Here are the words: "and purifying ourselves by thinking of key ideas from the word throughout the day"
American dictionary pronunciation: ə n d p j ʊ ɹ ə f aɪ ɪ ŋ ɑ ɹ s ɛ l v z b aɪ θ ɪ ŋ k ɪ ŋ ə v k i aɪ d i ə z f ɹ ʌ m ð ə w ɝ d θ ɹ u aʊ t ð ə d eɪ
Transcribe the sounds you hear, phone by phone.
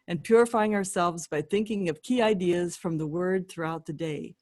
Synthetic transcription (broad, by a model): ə n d p j ʊ ɹ ə f aɪ ɪ ŋ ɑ ɹ s ɛ l v z b aɪ θ ɪ ŋ k ɪ ŋ ə v k i aɪ d i ə z f ɹ ʌ m ð ə w ɝ d θ ɹ u aʊ t ð ə d eɪ